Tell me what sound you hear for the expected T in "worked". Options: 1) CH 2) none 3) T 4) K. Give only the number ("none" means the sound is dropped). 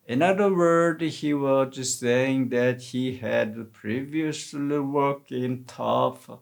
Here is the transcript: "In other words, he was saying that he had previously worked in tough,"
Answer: 2